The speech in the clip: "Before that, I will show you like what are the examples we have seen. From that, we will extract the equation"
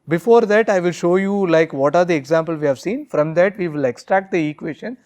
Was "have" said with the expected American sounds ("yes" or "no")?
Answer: yes